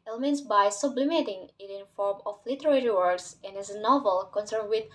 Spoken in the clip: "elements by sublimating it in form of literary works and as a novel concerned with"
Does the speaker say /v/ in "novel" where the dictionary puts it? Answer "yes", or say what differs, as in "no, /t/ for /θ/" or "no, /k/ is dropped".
yes